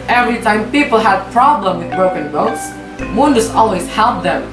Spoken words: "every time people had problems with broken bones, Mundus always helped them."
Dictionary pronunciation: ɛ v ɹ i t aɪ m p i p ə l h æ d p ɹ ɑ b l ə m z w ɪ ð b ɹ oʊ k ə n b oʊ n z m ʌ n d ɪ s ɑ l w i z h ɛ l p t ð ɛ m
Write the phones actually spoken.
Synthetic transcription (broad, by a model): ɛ v ɹ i t aɪ m p i p l h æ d p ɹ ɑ b l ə m w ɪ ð b ɹ oʊ k ə n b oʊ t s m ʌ n d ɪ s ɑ l w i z h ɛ l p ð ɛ m